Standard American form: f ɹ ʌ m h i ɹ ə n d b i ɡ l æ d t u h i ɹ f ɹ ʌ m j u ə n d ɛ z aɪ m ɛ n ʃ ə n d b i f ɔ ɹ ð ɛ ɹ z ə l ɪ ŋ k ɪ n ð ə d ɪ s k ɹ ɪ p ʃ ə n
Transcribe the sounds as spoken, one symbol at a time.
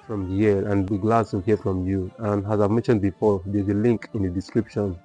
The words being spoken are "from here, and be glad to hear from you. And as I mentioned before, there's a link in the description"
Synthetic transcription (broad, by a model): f ɹ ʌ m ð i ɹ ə n b i ɡ l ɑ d s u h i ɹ f ɹ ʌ m j u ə n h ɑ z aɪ m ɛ n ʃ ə n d b i f ɔ ɹ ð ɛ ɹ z ə l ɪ ŋ k ɪ n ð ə d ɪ s k ɹ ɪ p ʃ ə n